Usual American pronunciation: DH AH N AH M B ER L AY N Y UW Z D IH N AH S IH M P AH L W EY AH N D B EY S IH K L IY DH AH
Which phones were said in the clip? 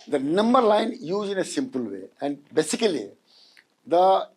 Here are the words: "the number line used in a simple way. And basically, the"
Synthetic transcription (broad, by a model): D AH N AH M B ER L AY N Y UW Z IH N AH S IH M P AH L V EY AH N D B EY S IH K L IY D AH